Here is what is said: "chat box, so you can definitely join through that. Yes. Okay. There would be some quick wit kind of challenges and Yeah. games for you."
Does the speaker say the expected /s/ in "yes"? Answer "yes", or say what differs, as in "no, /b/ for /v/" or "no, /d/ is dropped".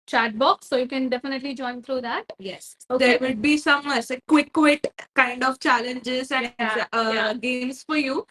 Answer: yes